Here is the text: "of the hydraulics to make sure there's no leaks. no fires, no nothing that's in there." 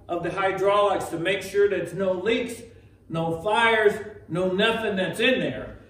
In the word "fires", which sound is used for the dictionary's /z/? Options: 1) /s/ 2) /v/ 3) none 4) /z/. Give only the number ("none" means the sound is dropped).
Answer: 4